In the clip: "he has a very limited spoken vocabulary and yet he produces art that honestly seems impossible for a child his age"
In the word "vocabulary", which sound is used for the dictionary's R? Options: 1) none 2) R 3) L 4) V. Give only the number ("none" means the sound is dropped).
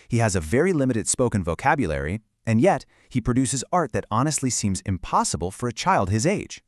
2